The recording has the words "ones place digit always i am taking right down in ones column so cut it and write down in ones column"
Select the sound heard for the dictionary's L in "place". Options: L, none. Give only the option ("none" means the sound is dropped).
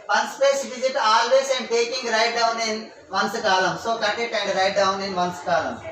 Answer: none